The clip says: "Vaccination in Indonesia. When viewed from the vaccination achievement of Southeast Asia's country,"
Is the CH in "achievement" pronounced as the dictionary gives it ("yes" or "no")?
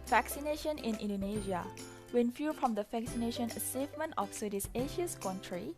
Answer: no